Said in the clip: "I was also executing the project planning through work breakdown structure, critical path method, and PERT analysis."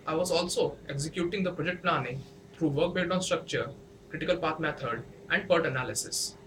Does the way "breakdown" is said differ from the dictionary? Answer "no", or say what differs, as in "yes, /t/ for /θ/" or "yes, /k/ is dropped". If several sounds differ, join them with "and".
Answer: yes, /ɹ/ is dropped